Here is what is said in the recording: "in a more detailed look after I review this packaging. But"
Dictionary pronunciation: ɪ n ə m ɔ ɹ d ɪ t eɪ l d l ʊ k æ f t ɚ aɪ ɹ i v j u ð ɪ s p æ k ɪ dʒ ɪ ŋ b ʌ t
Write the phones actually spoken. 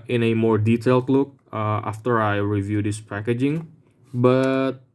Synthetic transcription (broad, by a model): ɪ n ə m ɔ ɹ d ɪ t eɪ l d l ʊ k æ f t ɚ aɪ ɹ i v j u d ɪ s p æ k ɪ dʒ ɪ ŋ b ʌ t